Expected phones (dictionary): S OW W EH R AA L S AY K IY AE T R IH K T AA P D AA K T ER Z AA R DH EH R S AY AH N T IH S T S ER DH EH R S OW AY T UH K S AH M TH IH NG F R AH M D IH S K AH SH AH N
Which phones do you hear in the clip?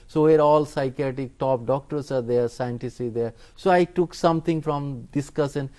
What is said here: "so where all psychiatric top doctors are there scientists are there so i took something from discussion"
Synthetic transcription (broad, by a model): S OW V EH R AA L S AY K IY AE T IH K T AA P D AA K T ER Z AA R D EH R S AY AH N T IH S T IY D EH R S OW AY T UH K S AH M T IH NG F R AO M D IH S K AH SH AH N